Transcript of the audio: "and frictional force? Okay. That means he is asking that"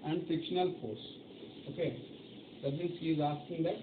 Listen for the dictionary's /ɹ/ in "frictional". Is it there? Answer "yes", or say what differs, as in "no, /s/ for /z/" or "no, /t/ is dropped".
no, /ɹ/ is dropped